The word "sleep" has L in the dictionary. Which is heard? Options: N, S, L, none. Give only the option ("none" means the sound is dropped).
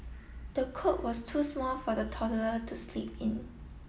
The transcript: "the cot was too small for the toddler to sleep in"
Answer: L